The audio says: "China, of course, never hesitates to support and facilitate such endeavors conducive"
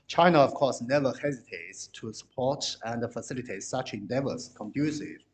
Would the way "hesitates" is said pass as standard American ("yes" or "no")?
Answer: yes